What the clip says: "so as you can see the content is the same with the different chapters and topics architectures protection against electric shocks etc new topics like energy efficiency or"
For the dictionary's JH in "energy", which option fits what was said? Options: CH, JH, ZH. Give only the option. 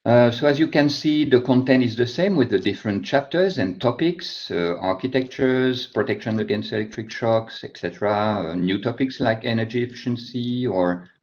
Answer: JH